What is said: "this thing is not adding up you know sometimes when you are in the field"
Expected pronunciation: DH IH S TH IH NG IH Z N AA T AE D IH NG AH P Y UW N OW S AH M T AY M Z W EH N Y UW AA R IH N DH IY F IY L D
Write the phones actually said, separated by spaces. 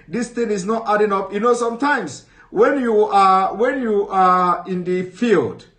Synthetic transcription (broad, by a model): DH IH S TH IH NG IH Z N AA T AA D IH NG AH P Y UW N OW S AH M T AY M S W EH N Y UW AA W IH N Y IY F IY L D